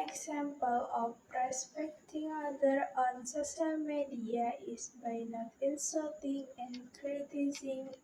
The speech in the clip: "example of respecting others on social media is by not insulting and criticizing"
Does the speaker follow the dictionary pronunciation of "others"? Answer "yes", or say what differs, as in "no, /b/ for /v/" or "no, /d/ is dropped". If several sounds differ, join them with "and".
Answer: no, /z/ is dropped